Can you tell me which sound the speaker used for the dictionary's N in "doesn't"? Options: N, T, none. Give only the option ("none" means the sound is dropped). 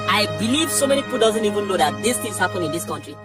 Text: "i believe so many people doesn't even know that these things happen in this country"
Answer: N